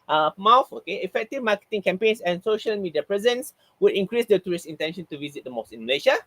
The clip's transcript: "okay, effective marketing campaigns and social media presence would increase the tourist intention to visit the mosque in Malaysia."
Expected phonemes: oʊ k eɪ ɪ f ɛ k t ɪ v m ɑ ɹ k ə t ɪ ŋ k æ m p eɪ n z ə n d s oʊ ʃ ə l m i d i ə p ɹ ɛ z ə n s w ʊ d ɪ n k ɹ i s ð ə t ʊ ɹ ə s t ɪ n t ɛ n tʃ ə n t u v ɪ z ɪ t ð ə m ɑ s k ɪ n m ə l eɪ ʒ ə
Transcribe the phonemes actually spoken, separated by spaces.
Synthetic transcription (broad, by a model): oʊ k eɪ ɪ f ɛ k t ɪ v m ɑ k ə t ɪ ŋ k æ m p eɪ n s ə n s oʊ ʃ ə l m i d i ə p ɹ ɛ z ə n s w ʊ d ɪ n k ɹ i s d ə t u ɹ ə s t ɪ n t ɛ n ʃ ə n t u v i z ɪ t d ə m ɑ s ɪ n m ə l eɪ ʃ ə